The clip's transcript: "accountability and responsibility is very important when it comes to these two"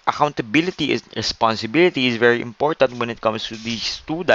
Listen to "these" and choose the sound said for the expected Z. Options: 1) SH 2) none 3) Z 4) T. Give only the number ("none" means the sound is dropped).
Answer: 2